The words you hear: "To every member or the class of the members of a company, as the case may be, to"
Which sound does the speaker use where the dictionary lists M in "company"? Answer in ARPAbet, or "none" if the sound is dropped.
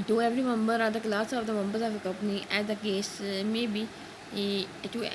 none